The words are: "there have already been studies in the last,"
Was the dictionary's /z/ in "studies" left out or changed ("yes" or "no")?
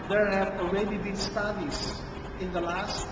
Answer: yes